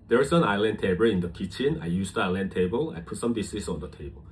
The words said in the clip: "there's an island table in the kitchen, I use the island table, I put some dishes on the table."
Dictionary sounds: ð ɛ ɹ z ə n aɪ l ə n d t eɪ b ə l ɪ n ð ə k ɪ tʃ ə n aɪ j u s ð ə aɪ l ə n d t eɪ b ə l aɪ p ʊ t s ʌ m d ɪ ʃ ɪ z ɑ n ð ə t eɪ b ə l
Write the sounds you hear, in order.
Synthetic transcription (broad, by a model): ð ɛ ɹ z ə n aɪ l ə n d t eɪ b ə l ɪ n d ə k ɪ tʃ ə n aɪ j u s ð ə aɪ l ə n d t eɪ b ə l aɪ p ʊ t s ʌ m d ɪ s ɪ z ɑ n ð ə t eɪ b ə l